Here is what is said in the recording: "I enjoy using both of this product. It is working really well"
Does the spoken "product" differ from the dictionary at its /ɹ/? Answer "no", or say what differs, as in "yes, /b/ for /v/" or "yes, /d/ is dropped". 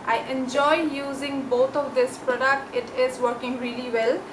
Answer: no